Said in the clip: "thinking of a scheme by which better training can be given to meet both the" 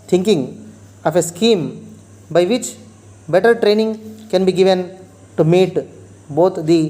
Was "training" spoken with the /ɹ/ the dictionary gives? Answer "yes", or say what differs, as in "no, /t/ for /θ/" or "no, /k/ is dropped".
yes